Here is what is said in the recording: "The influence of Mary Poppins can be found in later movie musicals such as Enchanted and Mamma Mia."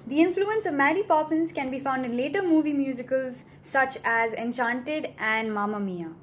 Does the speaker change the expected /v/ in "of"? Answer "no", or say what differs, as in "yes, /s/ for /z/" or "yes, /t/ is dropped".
no